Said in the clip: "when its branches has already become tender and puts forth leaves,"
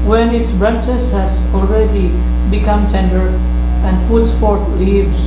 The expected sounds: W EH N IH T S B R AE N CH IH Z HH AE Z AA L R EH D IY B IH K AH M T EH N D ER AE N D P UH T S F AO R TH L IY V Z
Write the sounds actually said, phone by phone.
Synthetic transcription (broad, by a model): W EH N IH T S B R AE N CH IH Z HH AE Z AA L R EH D IY B IH K AH M S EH N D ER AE N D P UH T S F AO R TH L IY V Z